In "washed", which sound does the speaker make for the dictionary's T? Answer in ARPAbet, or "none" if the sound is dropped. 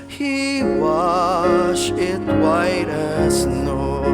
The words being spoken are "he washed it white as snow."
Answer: none